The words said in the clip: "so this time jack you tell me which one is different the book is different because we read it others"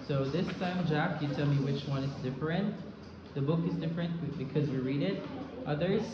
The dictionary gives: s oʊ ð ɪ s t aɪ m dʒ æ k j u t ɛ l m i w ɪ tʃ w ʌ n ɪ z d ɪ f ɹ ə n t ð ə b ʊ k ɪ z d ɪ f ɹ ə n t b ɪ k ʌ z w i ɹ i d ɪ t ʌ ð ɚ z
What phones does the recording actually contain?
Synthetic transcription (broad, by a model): s oʊ ð ɪ s t aɪ m dʒ æ k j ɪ t ɛ l m i w ɪ tʃ w ʌ n ɪ z d ɪ f ɹ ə n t ð ə b ʊ k ɪ z d ɪ f ɹ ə n b ɪ k ʌ z w i ɹ i d ɪ t ʌ ð ɚ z